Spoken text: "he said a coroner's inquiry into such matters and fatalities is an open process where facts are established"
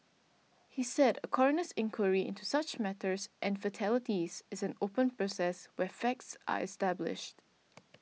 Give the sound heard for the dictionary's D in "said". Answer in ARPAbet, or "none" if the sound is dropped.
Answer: D